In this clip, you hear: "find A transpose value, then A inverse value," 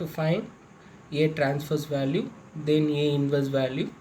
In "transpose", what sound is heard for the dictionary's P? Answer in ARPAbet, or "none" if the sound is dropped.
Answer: F